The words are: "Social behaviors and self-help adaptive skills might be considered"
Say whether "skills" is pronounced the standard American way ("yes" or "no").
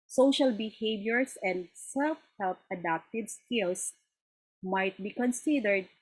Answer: no